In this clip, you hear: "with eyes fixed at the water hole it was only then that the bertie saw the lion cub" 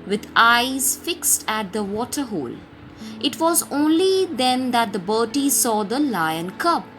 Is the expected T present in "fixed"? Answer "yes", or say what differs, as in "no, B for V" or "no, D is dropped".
yes